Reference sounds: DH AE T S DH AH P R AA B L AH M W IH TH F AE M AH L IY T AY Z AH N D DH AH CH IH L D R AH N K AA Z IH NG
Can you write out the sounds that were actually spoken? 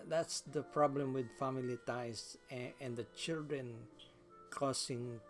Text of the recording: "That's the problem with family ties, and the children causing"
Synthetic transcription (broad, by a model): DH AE T S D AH P R AA B L AH M W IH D F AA M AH L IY T AY S AH N D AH CH IH L D R AH N K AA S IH NG